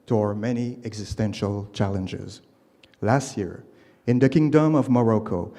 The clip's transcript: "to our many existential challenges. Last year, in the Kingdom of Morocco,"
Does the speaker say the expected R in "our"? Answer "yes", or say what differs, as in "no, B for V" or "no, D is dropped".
yes